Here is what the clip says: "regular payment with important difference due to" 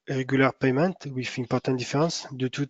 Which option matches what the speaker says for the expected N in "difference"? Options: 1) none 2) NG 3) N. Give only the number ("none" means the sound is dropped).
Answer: 1